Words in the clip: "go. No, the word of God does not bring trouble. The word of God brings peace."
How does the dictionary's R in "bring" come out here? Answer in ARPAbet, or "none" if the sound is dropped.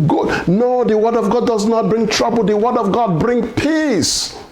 R